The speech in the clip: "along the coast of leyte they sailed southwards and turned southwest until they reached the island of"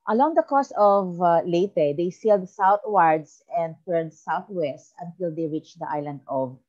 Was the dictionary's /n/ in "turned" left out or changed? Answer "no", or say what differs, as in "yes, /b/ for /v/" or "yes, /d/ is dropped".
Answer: yes, /n/ is dropped